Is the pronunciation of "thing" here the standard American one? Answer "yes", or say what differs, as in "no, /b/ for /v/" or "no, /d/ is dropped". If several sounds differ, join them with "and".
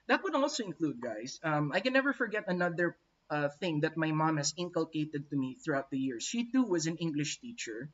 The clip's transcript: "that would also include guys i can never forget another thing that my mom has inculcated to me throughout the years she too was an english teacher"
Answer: yes